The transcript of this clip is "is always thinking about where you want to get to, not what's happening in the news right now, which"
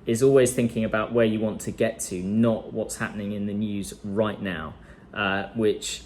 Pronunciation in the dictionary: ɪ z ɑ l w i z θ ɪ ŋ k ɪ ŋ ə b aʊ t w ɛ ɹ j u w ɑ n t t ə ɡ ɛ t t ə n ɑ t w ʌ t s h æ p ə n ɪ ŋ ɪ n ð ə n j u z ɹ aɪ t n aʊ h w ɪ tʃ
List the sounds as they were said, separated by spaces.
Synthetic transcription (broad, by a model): ɪ z ɑ l w i z θ ɪ ŋ k ɪ ŋ ə b aʊ t w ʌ j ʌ w ɑ n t t ə ɡ ɛ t t ə n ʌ t w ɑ t s h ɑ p ə n ɪ ŋ ɪ n ð ə n j u z ɹ aɪ t n aʊ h w ɪ tʃ